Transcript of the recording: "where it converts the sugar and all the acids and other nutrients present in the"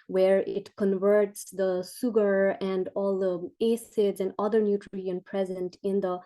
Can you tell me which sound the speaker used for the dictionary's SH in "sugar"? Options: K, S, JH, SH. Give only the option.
S